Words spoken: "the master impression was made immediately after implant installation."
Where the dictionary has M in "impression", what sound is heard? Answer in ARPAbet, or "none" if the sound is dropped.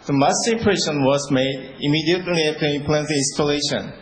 none